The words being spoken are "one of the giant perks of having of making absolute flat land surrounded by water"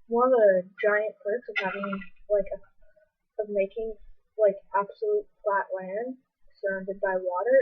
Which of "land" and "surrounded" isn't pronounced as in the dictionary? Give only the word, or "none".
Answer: none